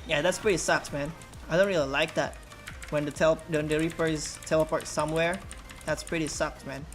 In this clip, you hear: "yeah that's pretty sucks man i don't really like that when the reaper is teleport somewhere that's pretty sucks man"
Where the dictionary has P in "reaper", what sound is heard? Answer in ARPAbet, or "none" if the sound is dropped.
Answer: F